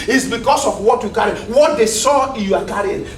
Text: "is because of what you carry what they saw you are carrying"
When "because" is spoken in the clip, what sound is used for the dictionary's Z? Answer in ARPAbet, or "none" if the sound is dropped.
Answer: S